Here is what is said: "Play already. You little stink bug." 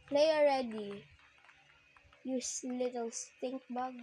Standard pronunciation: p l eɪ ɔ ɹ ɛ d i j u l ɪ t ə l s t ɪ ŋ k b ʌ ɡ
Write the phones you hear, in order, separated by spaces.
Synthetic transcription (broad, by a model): p l eɪ ɔ ɹ ɛ d i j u l ɪ t ə l s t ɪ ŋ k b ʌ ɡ